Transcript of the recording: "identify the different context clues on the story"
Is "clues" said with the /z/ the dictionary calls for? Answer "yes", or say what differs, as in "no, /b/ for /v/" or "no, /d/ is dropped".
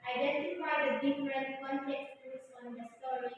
no, /s/ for /z/